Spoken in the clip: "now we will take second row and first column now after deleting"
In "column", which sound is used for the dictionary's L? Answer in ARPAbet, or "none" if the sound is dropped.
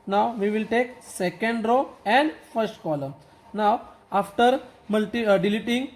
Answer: L